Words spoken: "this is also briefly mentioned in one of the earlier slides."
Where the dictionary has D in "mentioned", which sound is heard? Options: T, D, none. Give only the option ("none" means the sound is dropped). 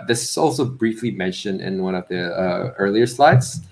D